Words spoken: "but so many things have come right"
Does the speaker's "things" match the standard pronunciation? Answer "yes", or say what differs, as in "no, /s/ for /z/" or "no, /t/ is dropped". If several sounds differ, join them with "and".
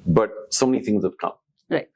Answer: yes